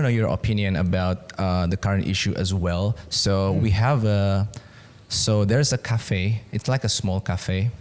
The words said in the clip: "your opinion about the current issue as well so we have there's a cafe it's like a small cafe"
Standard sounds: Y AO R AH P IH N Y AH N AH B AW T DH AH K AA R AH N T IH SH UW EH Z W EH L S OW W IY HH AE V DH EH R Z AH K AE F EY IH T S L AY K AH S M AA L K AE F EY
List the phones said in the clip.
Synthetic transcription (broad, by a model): Y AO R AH P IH N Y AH N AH B AW T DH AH K AA R AH N T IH SH UW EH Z W EH L S OW W IY HH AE V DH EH R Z AH K AE F EY IH T S L AY K AH S M AA L K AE F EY